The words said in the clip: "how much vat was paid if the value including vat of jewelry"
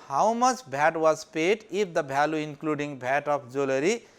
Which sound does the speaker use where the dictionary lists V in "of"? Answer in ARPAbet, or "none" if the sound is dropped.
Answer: P